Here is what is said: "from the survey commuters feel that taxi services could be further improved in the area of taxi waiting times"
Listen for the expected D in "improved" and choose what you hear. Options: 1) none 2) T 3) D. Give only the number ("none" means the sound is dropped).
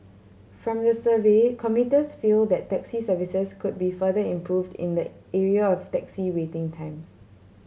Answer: 3